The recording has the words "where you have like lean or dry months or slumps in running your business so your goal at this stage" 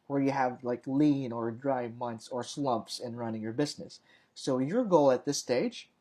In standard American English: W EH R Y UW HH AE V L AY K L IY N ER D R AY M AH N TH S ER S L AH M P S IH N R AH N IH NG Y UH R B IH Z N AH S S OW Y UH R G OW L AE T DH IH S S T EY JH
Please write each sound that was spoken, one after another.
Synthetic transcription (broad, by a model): W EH R Y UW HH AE V L AY K L IY N ER D R AY M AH N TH S ER S L AH M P S IH N R AH N IH NG Y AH R B IH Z N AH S S OW Y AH R G OW L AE T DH IH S S T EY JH